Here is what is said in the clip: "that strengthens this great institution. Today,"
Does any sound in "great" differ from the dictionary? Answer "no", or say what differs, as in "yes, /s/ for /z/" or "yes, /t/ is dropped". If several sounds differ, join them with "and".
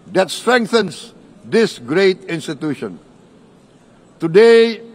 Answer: no